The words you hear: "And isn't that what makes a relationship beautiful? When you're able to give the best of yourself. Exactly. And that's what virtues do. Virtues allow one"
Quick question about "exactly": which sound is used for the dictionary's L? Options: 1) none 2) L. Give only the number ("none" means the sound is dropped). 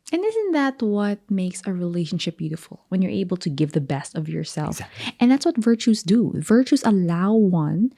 1